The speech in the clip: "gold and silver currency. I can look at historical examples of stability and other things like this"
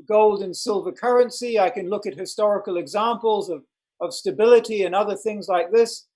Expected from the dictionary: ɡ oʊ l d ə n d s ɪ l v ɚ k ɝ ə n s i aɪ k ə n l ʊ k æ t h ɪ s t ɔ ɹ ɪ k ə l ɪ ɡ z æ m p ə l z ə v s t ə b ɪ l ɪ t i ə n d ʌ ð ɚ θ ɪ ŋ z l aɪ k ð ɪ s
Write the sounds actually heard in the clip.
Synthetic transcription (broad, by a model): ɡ oʊ l d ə n s ɪ l v ɚ k ɝ ə n s i aɪ k ə n l ʊ k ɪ t h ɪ s t ɔ ɹ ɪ k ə l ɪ ɡ z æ m p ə l z ə v s t ə b ɪ l ɪ t i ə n ʌ ð ɚ θ ɪ ŋ z l aɪ k ð ɪ s